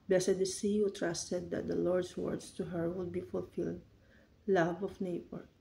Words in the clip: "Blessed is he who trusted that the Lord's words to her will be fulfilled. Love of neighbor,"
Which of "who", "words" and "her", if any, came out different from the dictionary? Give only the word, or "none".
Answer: words